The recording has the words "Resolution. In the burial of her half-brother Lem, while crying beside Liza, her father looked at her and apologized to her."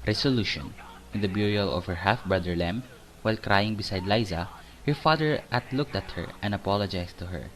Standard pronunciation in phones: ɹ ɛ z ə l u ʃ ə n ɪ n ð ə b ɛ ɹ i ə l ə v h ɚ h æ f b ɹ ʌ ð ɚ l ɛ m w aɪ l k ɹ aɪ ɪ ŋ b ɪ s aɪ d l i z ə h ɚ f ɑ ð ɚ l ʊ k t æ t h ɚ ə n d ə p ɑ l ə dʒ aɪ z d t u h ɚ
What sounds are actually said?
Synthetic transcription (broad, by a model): ɹ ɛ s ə l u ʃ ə n ɪ n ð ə b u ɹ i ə l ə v h ɚ h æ f b ɹ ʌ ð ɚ l ɛ m w aɪ l k ɹ aɪ ɪ ŋ b ɪ s aɪ d l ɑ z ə h ɚ f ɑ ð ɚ l ʊ k t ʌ t h ɚ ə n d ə p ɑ l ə dʒ aɪ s t u h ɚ